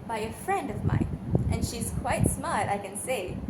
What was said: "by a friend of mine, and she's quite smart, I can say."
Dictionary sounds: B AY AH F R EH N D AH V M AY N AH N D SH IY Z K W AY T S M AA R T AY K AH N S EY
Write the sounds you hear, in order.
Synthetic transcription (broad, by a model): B AY AH F R EH N D AH V M AY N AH N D SH IY Z K W AY T S M AA R T AY K AH N S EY